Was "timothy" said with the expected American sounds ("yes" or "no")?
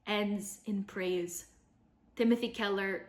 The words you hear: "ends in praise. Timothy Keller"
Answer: yes